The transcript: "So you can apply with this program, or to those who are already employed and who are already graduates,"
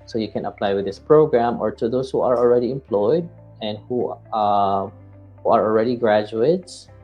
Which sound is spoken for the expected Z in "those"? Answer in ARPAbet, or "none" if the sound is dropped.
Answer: S